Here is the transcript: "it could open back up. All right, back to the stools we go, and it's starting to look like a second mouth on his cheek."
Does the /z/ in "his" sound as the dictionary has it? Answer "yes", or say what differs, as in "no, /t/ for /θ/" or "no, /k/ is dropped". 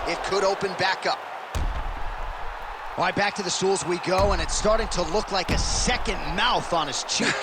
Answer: no, /s/ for /z/